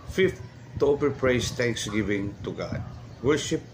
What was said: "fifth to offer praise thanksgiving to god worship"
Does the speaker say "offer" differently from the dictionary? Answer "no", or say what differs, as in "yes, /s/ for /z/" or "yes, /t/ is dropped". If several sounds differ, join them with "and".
yes, /p/ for /f/